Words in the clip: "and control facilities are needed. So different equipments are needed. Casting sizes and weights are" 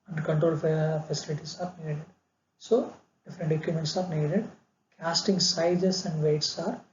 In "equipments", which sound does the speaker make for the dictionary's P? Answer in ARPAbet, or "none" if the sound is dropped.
none